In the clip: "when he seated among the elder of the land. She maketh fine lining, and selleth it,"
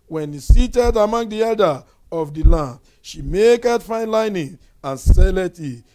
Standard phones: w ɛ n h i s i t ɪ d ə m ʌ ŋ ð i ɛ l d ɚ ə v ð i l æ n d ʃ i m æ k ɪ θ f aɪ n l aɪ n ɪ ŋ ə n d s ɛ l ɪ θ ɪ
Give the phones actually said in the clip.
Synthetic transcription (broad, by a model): w ɛ n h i s i t ɪ d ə m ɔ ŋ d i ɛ d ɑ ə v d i l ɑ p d ʃ i m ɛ k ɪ t f aɪ n l aɪ n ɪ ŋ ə n s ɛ l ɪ t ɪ